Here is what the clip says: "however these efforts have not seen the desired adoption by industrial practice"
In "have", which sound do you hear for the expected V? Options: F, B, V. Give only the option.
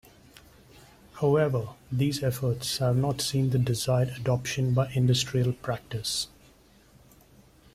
V